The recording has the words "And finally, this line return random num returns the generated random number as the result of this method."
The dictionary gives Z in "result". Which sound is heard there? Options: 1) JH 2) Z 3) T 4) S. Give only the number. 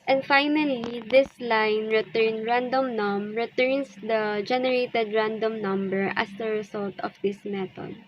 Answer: 4